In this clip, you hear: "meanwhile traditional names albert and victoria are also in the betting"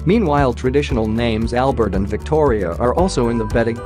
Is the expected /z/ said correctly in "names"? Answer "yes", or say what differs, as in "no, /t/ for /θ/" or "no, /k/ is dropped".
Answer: yes